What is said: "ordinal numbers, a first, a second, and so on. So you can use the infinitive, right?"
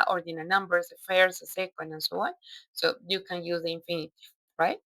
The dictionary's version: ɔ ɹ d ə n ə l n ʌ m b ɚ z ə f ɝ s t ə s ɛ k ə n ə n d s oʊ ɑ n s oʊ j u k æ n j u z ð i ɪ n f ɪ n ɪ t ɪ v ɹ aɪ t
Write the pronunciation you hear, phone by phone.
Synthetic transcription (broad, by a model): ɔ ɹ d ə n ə n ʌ m b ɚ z ə f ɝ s ə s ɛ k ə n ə n s oʊ ɑ n s oʊ j u k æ n j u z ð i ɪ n f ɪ n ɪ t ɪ ɹ aɪ t